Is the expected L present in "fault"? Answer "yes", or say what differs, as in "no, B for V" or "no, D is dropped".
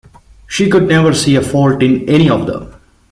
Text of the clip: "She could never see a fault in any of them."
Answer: yes